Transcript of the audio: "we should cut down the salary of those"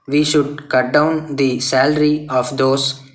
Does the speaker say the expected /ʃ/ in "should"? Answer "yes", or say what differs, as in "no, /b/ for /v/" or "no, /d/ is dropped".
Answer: yes